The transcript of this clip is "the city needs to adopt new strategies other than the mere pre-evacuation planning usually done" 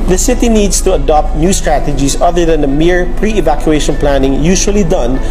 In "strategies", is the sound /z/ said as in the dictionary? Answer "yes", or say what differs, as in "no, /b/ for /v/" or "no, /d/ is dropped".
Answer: no, /s/ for /z/